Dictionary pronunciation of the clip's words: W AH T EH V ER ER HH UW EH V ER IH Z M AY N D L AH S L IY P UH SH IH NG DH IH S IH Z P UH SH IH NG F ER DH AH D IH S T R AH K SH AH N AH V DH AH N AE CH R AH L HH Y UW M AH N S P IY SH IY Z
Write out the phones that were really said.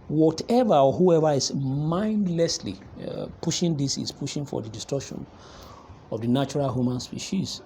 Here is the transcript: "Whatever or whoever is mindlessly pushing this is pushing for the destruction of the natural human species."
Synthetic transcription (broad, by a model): W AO T EH V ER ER HH UW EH V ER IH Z M AY N D L AH S L IY P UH SH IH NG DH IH S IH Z P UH SH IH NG F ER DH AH D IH S T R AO SH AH N AH V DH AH N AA CH R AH L HH Y UW M AH N S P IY SH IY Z